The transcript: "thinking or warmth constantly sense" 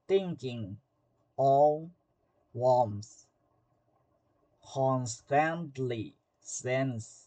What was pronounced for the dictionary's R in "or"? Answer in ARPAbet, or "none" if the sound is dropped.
L